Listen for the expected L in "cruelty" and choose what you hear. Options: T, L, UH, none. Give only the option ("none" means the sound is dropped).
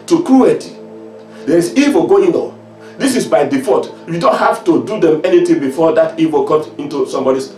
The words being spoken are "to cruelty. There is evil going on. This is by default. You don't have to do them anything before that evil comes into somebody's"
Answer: none